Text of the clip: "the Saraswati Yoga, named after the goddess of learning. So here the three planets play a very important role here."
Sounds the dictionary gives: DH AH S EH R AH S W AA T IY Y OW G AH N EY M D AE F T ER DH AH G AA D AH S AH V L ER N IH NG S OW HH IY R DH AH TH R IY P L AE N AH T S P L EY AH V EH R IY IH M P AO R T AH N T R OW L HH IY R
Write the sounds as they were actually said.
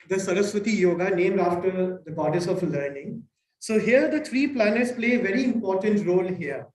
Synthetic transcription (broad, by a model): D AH S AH R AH S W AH T IY Y OW G AH N EY M D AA F T ER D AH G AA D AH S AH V L ER N IH NG S OW HH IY R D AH T R IY P L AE N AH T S P L EY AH V EH R IY IH M P AO R T AH N T R OW L HH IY R